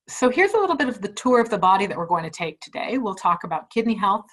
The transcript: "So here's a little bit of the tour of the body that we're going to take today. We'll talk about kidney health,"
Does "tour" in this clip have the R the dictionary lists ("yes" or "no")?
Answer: yes